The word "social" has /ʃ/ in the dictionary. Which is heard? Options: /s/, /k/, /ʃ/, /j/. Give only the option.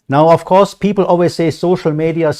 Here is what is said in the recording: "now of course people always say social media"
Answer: /ʃ/